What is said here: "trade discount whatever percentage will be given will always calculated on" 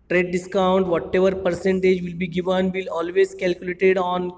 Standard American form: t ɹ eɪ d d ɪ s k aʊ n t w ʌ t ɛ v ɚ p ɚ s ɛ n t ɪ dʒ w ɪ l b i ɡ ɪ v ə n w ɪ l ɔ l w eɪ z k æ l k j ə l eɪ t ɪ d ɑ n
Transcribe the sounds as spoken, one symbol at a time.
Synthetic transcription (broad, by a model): t ɹ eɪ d d ɪ s k aʊ n t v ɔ t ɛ v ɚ p ɚ s ɛ n t ɪ dʒ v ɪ l b i ɡ ɪ v ə n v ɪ l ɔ l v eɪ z k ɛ l k j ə l eɪ t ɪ d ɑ n